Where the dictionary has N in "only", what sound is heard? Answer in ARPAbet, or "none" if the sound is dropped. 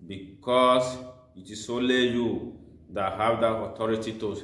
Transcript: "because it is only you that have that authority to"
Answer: none